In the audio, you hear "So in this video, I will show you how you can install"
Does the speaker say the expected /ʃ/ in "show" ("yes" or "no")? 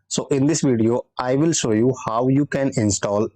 yes